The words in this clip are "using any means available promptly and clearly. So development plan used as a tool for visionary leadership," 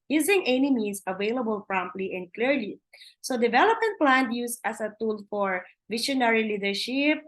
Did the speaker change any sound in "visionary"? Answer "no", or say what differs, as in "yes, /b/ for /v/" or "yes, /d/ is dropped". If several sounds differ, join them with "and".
yes, /ʃ/ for /ʒ/